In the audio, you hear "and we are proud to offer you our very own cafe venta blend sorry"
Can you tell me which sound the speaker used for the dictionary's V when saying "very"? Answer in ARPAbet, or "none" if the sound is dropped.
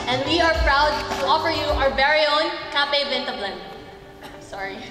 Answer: B